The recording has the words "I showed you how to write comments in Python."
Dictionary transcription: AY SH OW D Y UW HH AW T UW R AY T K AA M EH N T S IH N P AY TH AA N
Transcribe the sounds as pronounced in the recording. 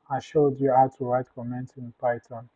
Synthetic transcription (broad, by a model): AY SH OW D Y UW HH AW T UW R AY T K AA M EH N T IH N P AY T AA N